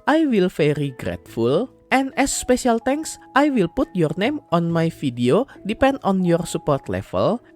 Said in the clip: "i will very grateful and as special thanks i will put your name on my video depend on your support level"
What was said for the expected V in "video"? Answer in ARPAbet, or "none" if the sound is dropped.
F